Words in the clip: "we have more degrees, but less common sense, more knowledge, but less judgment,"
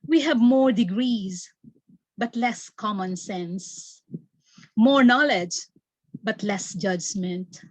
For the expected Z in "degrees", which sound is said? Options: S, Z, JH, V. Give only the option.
Z